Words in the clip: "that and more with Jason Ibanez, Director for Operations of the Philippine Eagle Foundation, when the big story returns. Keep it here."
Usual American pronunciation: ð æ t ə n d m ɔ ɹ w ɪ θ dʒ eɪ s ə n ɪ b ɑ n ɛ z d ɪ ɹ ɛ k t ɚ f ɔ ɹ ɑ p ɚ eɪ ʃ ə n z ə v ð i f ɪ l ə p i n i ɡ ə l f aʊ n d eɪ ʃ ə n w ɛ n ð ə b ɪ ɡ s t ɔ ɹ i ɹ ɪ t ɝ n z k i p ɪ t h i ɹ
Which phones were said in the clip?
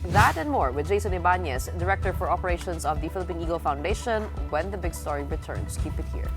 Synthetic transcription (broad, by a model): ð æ t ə n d m ɔ ɹ w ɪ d dʒ eɪ s ə n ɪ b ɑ n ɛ s d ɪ ɹ ɛ k t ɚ f ɔ ɹ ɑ p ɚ eɪ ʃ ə n s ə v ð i f ɪ l ə p i n i ɡ ə l f aʊ n d eɪ ʃ ə n w ɛ n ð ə b ɪ ɡ s t ɔ ɹ i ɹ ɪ t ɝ n s k i p ɪ t h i ɹ